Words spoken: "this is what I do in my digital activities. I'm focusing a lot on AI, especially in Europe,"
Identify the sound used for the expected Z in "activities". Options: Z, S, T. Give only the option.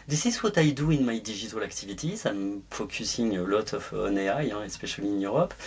S